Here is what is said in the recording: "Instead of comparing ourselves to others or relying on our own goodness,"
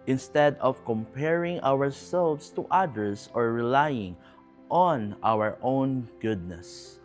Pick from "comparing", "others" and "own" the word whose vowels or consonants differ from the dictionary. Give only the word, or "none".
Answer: others